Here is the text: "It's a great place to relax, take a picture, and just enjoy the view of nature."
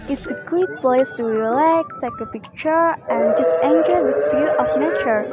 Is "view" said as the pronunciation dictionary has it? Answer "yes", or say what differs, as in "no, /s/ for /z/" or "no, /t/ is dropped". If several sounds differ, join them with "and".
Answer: no, /f/ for /v/